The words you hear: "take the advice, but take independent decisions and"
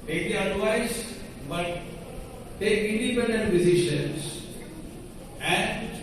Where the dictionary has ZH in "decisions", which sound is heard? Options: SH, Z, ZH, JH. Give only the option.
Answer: SH